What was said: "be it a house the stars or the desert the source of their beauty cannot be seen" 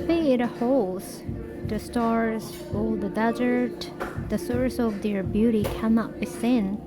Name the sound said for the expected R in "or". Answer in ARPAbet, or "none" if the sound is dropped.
L